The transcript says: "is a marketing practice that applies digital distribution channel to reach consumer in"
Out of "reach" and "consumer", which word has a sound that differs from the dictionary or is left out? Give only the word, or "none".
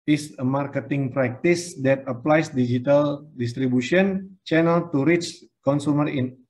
none